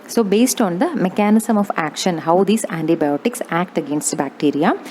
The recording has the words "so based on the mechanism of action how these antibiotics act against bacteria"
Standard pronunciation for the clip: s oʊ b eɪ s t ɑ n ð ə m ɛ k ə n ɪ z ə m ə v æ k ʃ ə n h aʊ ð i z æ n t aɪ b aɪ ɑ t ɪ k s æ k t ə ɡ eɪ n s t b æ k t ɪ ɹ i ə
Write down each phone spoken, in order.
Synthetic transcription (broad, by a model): s oʊ b eɪ s t ɑ n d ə m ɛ k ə n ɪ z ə m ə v æ k ʃ ə n h aʊ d i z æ n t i b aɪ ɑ t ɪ k s æ k t ə ɡ eɪ n s t b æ k t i ɹ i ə